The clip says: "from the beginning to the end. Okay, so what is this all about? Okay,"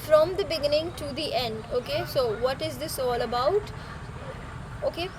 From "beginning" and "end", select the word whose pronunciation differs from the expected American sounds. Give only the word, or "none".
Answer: none